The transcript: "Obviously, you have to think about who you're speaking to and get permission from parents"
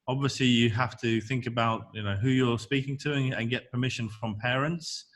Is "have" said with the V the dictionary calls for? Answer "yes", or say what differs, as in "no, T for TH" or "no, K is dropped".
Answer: no, F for V